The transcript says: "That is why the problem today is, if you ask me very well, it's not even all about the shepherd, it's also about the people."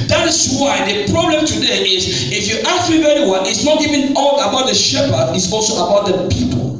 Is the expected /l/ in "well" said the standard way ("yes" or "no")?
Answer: no